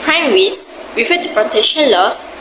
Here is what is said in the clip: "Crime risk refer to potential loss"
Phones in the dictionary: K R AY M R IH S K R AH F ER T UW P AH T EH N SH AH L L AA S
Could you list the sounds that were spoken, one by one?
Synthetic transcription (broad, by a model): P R AY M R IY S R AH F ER T UW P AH T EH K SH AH N L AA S